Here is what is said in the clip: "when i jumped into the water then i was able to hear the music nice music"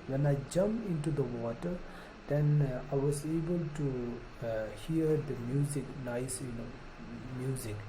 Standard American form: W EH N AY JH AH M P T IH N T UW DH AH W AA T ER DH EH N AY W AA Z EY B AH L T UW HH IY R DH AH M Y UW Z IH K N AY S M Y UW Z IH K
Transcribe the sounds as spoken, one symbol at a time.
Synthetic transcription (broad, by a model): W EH N AY JH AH M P IH N T UW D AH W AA T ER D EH N AY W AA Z EY B AH L T UW HH IY R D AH M Y UW Z IH K N AY S M Y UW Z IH K